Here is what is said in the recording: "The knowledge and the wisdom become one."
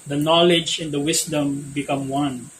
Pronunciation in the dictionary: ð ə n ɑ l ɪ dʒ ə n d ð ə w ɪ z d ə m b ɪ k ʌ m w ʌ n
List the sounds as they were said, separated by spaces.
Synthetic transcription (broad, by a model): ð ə n ɑ l ɪ dʒ ə n d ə w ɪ s d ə m b ɪ k ʌ m w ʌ n